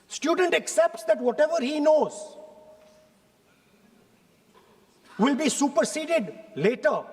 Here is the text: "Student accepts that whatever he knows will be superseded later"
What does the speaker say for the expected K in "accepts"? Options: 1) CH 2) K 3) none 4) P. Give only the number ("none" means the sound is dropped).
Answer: 2